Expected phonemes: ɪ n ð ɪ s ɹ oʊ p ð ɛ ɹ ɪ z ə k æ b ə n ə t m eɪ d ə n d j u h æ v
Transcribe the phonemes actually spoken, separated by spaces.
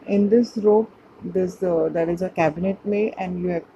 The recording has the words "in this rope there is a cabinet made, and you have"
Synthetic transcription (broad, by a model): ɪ n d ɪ s ɹ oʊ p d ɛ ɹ ɪ z ə k æ b ə n ə t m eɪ ə n d j u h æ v